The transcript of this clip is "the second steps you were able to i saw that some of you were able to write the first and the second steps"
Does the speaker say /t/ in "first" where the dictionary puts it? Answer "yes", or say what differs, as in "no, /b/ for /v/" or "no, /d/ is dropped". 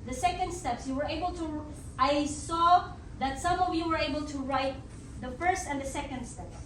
yes